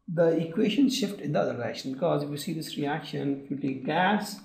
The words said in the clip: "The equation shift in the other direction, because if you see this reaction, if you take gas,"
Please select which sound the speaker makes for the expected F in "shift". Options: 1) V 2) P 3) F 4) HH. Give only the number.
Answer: 3